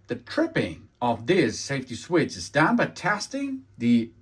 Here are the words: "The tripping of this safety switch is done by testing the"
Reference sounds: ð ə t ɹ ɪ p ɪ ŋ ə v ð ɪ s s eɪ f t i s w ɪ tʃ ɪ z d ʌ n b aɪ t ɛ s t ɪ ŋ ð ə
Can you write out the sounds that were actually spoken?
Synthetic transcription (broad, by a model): ð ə t ɹ ɪ p ɪ ŋ ə v ð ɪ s s eɪ f t i s w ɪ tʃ ɪ z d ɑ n b aɪ t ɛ s t ɪ ŋ ð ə